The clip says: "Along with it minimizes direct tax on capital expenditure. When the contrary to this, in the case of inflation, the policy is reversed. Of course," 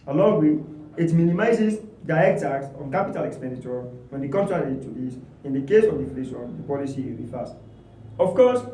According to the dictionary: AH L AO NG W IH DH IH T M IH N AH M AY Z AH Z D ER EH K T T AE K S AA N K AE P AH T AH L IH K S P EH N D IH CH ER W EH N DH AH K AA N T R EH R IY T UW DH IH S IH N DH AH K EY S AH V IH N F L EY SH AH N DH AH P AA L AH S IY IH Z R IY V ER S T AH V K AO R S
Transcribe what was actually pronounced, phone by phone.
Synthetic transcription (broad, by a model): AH L AO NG W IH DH IH T M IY N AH M AY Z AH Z D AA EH K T T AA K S AA N K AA P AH T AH L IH K S P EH N D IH CH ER W EH N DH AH K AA N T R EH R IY T UW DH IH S IH N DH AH K EY S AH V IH F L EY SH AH N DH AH P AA L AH S IY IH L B IY F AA S T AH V K AO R S